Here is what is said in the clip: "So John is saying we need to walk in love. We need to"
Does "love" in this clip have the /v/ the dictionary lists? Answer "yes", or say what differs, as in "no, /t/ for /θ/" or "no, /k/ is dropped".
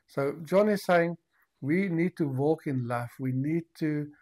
no, /f/ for /v/